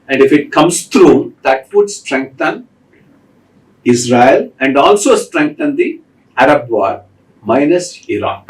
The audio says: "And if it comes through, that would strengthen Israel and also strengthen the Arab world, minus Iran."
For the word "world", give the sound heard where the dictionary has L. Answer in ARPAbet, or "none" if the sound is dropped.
none